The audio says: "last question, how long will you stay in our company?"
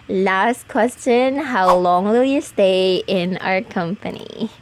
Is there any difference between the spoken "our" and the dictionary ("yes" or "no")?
no